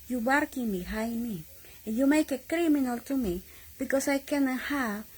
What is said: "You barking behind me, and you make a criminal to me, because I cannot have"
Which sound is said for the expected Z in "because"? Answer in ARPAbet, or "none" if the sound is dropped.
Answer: S